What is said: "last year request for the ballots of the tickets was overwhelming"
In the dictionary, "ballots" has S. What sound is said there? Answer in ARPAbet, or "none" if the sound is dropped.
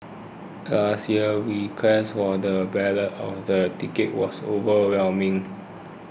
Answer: none